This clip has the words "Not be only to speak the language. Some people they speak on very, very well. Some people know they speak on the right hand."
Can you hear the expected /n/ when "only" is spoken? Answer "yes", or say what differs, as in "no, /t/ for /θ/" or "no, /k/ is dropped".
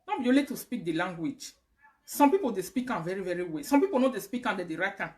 no, /n/ is dropped